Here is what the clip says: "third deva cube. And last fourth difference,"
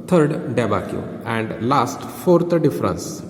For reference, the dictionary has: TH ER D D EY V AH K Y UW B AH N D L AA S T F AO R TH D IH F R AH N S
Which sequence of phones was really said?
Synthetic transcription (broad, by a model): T ER D D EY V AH K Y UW AH N D L AA S T F AO R T D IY F R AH N S